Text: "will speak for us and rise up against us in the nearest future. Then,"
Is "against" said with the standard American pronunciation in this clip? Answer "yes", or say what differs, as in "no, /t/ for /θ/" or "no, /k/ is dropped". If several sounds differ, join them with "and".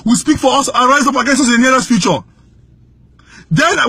no, /t/ is dropped